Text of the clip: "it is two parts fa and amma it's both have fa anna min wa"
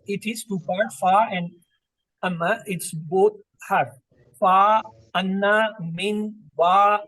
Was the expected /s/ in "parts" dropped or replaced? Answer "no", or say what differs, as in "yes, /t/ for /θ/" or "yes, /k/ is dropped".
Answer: yes, /s/ is dropped